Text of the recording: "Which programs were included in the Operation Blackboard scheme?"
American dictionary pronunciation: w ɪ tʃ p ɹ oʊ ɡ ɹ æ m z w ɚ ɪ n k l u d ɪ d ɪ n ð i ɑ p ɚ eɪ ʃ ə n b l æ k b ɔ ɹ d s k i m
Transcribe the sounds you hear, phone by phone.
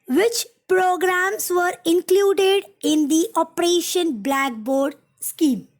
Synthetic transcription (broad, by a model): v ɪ tʃ p ɹ oʊ ɡ ɹ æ m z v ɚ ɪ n k l u d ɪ d ɪ n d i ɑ p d eɪ ʃ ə n b l æ k b ɔ ɹ d s k i m